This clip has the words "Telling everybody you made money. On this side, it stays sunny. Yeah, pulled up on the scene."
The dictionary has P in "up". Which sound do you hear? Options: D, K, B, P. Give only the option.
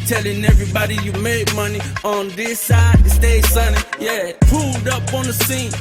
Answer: P